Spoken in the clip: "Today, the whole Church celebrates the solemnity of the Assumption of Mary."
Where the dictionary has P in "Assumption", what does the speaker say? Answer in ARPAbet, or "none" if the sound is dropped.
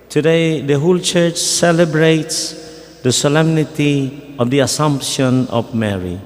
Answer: P